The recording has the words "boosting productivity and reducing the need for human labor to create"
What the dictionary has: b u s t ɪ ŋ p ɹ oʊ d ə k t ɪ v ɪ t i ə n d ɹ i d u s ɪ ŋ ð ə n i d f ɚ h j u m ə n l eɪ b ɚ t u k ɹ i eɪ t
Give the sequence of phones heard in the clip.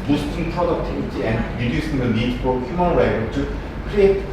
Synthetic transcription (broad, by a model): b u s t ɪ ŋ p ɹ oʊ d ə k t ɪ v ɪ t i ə n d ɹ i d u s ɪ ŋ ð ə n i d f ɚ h j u m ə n w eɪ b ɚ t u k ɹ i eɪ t